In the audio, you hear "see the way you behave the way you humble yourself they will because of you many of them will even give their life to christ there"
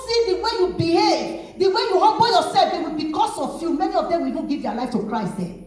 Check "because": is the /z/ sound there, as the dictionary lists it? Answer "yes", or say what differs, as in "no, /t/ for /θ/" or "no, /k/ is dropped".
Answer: no, /s/ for /z/